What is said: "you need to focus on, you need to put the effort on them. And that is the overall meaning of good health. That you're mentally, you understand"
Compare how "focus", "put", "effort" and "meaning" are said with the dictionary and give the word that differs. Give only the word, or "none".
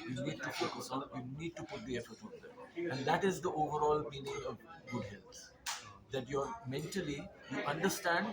focus